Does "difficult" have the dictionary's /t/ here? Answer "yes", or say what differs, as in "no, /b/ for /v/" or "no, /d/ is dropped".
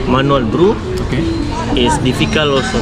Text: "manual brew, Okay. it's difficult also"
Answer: no, /t/ is dropped